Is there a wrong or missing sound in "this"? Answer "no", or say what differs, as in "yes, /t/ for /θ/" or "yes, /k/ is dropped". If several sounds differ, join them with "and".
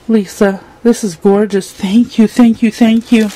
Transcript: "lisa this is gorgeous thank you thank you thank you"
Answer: no